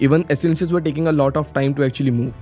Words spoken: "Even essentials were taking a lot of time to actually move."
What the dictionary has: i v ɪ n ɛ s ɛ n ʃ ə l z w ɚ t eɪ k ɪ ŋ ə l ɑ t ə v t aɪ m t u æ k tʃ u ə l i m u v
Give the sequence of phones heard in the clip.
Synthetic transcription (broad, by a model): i v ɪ n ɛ s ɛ n s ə z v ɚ t eɪ k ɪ ŋ ə l ɑ t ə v t aɪ m t u æ k tʃ u ə l i m u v